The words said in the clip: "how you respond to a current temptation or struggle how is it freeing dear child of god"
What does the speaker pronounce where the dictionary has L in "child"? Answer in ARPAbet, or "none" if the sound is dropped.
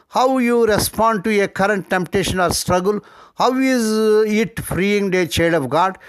none